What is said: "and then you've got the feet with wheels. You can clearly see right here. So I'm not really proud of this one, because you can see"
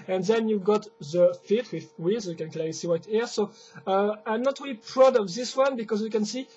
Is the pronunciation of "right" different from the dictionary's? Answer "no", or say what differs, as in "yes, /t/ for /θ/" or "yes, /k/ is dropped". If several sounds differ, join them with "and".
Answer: yes, /w/ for /ɹ/